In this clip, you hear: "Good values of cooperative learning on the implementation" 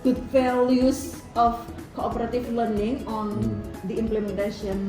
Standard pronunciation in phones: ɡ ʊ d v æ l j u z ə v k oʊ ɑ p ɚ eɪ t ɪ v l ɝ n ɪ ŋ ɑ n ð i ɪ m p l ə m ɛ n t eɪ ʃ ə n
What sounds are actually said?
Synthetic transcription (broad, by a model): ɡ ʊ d f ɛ l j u s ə f k oʊ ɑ p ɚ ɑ t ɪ f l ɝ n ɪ ŋ ɑ n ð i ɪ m p l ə m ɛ n t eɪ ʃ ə n